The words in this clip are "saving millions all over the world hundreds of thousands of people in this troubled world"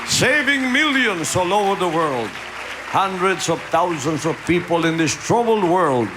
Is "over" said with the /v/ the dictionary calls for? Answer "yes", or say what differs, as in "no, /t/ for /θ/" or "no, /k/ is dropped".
no, /v/ is dropped